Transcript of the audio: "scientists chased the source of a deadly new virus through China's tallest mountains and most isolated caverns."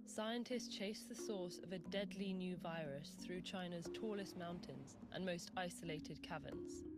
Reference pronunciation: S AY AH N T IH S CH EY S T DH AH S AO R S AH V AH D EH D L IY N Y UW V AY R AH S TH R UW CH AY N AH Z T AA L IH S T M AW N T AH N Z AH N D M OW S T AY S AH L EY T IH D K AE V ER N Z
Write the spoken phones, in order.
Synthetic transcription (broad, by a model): S AY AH N T IH S CH EY S DH AH S AO S AH V AH D EH D L IY N Y UW V AY R AH S TH R UW CH AY N AH Z T AA L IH S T M AW N T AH N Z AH N M OW S T AY S AH L EY T IH D K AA V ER N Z